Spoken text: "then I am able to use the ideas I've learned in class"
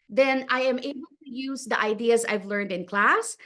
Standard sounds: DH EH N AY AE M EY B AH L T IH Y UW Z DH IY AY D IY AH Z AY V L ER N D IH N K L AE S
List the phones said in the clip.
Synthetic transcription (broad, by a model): DH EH N AY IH M EY B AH L T IH Y UW Z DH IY AY D IY AH Z AY V L ER N D IH N K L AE S